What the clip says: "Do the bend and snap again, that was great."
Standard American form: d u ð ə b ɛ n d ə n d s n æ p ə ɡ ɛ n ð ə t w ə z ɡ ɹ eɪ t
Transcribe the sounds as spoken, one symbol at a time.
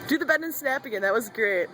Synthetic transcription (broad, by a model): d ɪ ð ə b ɛ d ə n s n æ p ə ɡ ɛ n ð ə t w ə z ɡ ɹ eɪ t